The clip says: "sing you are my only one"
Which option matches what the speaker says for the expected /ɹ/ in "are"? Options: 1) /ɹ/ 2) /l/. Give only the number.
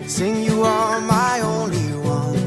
2